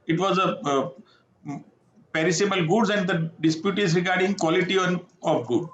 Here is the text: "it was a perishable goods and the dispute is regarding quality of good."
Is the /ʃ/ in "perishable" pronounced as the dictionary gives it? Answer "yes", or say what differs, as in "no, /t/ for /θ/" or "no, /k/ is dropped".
no, /s/ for /ʃ/